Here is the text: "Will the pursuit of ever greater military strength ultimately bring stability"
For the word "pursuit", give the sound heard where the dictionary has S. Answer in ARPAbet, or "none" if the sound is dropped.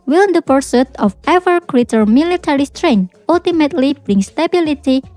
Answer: S